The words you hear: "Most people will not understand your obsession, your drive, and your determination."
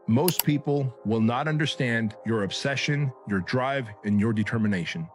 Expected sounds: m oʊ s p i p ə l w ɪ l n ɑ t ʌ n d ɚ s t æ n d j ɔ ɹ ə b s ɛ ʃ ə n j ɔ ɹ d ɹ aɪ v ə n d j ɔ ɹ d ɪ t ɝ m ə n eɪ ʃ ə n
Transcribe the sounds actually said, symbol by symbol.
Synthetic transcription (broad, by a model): m oʊ s p i p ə l w ɪ l n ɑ t ʌ n d ɚ s t æ n d j ɔ ɹ ə b s ɛ ʃ ə n j ɔ ɹ d ɹ aɪ v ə n j ɔ ɹ d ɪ t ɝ m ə n eɪ ʃ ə n